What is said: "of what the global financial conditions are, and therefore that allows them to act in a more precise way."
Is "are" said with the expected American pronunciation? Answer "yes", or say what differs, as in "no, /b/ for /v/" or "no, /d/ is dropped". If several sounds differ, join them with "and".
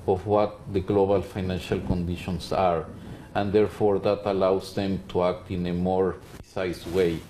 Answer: yes